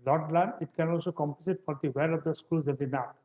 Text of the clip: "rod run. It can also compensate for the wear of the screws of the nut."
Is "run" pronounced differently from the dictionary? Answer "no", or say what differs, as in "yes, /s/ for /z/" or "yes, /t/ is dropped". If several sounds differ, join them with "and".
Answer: yes, /l/ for /ɹ/